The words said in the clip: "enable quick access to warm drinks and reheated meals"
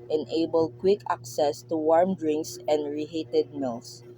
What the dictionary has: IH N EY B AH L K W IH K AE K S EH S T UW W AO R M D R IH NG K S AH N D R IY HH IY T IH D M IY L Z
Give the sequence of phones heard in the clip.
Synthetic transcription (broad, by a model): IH N EY B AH L K W IH K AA K S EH S T UW W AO R M D R IH NG K S AH N D R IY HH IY T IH D M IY L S